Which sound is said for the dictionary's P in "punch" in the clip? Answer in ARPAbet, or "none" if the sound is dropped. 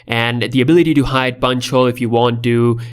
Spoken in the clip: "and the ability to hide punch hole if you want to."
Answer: B